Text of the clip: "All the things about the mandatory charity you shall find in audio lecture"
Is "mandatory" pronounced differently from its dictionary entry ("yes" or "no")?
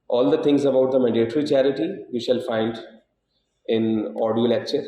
yes